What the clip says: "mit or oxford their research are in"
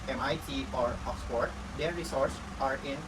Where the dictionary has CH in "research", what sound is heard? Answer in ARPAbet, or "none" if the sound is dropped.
S